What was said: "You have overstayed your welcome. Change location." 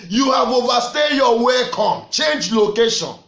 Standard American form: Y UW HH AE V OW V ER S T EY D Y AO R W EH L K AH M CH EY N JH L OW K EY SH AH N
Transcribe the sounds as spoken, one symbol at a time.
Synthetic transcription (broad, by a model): Y UW HH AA V OW V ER S T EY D Y AO W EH K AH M CH EY N JH L OW K EY SH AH N